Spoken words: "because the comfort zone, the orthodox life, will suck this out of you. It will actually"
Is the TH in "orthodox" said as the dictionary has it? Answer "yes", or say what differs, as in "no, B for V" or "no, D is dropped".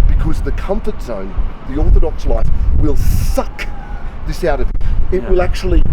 yes